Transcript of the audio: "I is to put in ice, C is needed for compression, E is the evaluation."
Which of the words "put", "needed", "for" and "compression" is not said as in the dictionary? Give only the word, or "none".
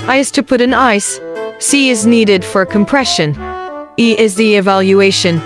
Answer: none